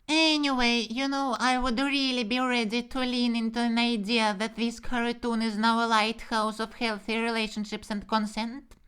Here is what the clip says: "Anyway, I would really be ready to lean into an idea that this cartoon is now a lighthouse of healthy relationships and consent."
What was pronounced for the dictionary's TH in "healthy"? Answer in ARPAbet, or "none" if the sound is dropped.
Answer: TH